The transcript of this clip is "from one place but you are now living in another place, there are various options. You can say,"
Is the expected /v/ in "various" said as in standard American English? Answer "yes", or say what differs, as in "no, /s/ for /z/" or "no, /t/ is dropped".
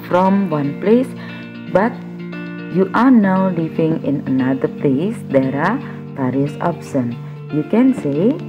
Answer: no, /p/ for /v/